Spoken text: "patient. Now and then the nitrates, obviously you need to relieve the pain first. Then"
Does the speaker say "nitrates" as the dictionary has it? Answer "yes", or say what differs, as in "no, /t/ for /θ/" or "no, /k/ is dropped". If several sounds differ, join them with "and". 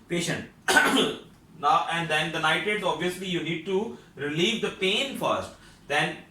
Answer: no, /ɹ/ is dropped